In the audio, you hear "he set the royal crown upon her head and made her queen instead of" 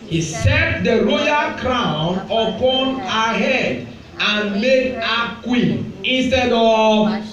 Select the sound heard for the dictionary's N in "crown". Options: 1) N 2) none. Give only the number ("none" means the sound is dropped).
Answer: 1